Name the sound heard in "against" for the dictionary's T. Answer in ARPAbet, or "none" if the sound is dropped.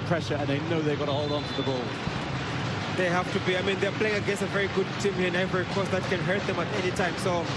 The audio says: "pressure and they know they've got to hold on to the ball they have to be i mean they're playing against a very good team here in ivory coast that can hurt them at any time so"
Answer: none